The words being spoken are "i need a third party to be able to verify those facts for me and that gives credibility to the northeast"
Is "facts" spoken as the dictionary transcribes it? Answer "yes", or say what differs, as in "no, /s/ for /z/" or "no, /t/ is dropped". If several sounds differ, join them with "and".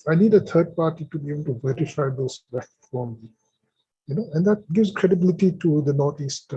no, /s/ is dropped